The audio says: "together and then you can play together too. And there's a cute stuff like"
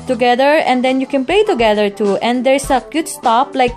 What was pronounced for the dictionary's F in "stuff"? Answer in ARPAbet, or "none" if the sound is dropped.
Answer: P